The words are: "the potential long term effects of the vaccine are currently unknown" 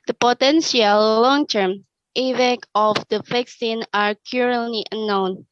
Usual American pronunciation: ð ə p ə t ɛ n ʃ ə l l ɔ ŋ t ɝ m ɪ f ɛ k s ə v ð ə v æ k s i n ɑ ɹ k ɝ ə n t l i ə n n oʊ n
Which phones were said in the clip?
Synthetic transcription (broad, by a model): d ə p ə t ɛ n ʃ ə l l ɔ ŋ t ɝ m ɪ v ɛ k ə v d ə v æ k s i n ɑ ɹ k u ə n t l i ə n n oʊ n